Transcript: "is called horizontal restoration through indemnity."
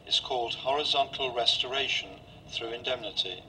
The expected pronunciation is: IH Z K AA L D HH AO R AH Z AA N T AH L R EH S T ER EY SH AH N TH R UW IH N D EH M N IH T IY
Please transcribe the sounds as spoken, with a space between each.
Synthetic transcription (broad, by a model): IH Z K AA L D HH AO R AH Z AA N T AH L R EH S T ER EY SH AH N TH R UW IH N D EH M N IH T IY